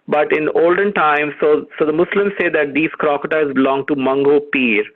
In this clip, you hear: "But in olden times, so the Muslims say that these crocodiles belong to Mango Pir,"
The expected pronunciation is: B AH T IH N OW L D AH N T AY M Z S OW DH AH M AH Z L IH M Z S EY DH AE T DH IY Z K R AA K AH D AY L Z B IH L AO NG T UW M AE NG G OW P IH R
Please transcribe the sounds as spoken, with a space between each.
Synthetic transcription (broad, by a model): B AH T IH N OW L D AH N T AY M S S OW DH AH M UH S L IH M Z S EY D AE T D IY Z K R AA K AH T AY Z B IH L AO NG T UW M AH NG G OW P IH R